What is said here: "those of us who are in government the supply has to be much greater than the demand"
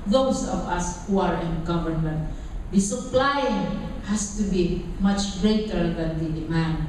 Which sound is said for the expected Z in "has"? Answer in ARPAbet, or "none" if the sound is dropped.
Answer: S